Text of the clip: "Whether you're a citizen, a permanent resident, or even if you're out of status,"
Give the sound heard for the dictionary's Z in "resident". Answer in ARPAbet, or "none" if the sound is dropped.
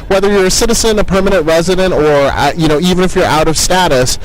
Z